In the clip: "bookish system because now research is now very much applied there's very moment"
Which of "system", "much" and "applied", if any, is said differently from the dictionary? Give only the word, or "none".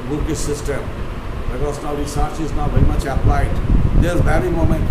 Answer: none